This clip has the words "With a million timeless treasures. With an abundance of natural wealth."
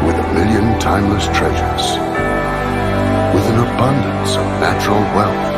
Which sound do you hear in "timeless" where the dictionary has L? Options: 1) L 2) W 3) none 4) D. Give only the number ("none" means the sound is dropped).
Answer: 1